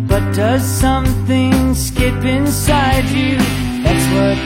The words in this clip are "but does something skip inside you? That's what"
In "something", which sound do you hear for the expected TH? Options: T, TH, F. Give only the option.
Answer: TH